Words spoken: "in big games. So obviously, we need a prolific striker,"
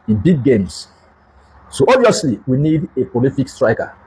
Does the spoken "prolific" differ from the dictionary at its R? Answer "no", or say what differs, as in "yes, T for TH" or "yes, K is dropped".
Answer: yes, R is dropped